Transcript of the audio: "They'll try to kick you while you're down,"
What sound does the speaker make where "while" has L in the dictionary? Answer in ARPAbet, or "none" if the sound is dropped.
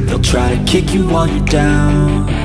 N